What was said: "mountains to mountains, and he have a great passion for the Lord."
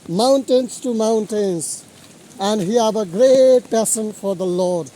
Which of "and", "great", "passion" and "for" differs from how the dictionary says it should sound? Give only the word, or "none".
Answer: passion